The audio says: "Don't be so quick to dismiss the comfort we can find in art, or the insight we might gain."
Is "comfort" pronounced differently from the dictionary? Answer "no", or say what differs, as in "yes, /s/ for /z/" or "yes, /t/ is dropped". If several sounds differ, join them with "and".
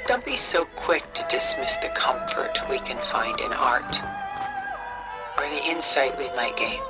no